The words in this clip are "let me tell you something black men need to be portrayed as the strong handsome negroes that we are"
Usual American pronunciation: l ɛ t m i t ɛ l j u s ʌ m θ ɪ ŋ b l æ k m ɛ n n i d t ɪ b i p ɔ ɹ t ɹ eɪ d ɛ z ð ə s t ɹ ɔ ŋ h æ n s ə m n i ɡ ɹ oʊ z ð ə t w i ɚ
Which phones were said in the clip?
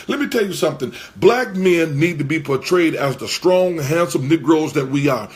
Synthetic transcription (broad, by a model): l ɛ t m i t ɛ l j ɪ s ʌ m θ ɪ ŋ b l æ k m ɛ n n i d t ɪ b i p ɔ ɹ t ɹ eɪ d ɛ z ð ə s t ɹ ɔ ŋ h æ n s ə m n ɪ ɡ ɹ oʊ z ð ə t w i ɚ